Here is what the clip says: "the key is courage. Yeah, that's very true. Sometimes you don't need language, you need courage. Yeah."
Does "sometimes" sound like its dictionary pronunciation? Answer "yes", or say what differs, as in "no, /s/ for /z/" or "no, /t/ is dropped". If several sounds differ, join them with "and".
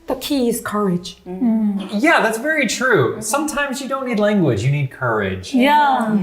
yes